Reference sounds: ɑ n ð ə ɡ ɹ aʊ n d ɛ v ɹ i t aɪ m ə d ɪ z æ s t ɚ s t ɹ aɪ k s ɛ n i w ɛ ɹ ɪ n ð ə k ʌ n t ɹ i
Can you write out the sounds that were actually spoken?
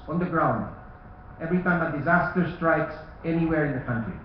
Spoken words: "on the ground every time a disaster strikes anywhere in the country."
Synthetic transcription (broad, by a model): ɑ n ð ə ɡ ɹ aʊ n d ɛ v ɹ i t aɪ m ə d ɪ z æ s t ɚ s t ɹ aɪ k s ɛ n i w ɛ ɹ ɪ n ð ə k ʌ n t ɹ i